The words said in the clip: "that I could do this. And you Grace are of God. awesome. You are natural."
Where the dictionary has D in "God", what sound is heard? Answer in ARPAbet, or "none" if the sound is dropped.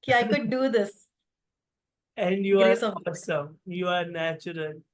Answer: none